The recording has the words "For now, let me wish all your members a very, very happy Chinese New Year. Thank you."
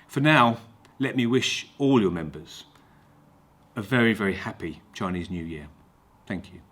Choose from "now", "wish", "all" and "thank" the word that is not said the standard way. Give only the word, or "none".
none